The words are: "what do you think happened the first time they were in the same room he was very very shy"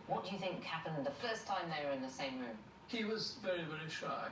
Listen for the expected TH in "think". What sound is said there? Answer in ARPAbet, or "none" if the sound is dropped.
TH